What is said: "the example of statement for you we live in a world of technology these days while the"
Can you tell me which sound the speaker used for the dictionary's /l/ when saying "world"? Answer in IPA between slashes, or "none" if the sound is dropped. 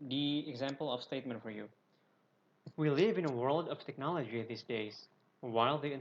/l/